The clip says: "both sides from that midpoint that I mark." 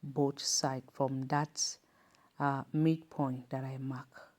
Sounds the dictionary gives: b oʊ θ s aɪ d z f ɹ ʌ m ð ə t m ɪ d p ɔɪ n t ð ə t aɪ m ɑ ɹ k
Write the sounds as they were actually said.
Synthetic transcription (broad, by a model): b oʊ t s aɪ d f ɹ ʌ m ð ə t m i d p ɔɪ n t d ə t aɪ m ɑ k